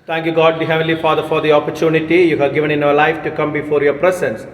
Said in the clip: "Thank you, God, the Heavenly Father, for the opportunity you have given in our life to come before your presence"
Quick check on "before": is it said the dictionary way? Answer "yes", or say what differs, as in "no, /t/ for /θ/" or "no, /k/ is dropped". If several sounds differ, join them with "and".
yes